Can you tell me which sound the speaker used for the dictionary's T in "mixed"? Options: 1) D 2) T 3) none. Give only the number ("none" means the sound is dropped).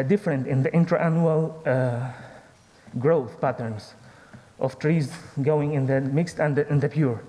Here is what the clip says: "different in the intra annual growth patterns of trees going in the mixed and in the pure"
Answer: 2